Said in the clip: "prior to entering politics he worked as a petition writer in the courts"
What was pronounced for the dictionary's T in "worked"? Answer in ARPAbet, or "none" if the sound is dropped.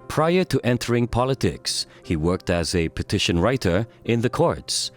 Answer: T